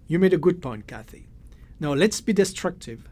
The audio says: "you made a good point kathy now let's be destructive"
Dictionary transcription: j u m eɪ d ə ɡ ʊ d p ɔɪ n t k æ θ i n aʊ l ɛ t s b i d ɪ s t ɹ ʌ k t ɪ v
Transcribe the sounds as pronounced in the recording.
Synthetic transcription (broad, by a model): j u m eɪ d ə ɡ ʊ d p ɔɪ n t k æ θ i n aʊ l ɛ t s b i d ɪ s t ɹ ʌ k t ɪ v